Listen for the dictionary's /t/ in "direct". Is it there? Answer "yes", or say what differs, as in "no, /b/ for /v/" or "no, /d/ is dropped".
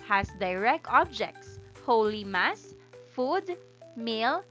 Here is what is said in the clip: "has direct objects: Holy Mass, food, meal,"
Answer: no, /t/ is dropped